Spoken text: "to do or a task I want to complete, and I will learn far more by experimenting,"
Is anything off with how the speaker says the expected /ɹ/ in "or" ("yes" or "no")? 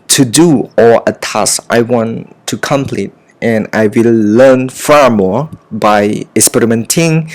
yes